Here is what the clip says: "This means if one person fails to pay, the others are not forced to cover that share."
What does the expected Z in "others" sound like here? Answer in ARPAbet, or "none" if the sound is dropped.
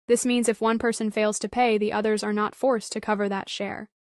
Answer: Z